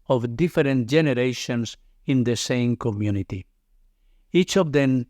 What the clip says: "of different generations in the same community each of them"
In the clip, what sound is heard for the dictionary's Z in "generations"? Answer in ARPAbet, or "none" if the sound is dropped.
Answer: S